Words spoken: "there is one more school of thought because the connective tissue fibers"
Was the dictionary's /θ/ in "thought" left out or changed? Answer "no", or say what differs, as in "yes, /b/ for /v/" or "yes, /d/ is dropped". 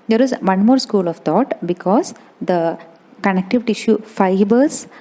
yes, /t/ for /θ/